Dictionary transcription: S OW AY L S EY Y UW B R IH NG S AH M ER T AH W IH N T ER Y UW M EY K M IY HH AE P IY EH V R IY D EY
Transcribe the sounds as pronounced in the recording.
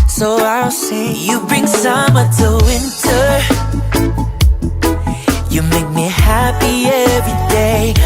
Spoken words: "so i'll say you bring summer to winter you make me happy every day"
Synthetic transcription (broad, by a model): S OW AY L S EY Y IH B R IH NG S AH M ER T AH W IH N T ER Y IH M EY K M IY HH AE P IY EH V R IY D EY